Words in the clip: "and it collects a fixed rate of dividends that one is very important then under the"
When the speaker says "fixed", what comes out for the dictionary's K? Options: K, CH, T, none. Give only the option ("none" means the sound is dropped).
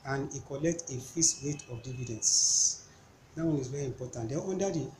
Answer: none